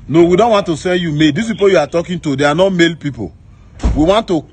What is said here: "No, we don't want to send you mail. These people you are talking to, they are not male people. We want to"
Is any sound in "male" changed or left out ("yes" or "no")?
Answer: no